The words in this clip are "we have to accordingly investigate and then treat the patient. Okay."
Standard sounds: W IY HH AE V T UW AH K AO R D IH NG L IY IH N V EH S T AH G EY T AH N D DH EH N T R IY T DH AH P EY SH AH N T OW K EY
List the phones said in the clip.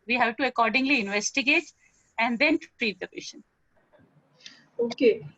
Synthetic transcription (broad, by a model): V IY HH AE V T UW AH K AO R D IH NG L IY IH N V EH S T AH G EY T AH N D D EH N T R IY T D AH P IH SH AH N OW K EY